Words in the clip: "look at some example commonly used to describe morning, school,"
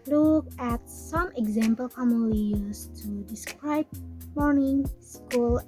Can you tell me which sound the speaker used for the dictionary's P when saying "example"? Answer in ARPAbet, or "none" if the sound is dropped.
P